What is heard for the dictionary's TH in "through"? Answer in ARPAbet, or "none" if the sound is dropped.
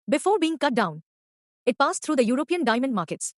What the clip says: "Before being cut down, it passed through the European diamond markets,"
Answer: T